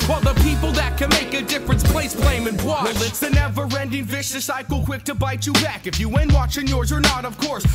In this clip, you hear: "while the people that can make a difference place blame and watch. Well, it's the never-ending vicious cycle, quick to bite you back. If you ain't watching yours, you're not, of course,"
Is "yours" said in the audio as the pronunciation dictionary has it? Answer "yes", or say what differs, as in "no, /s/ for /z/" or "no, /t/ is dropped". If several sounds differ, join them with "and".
yes